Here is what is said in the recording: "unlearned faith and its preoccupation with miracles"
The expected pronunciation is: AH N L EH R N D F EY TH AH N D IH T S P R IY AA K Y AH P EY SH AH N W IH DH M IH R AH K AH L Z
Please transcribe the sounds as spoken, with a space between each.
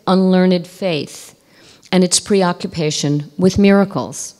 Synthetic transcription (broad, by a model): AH N L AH R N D F EY TH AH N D IH T S P R IY AA K Y AH P EY SH AH N W IH DH M IH R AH K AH L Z